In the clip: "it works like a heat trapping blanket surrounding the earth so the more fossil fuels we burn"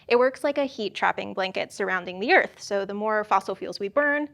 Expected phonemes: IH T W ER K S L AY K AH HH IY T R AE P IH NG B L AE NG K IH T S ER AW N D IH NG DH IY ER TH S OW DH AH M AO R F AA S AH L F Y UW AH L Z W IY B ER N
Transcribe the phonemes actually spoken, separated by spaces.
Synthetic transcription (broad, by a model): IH T W ER K S L AY K AH HH IY T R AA P IH NG B L AE NG K IH T S ER AW N D IH NG DH IY ER TH S OW DH AH M AO R F AA S L F Y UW L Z W IY B ER N